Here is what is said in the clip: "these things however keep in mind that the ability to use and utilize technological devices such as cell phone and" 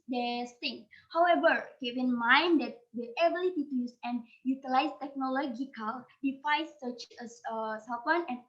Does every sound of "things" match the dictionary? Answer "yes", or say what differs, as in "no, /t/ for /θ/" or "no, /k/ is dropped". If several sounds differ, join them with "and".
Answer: no, /z/ is dropped